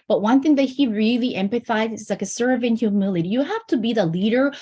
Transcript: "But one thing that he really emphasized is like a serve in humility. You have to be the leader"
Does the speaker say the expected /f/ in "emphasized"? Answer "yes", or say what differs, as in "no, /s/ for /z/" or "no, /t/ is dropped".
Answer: no, /p/ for /f/